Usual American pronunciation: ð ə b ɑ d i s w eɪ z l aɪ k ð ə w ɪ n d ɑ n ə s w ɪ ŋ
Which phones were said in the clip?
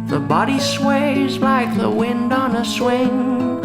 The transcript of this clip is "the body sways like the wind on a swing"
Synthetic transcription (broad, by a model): ð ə b ɑ d i s w eɪ z l aɪ k ð ə w ɪ n d n ə s w ɪ ŋ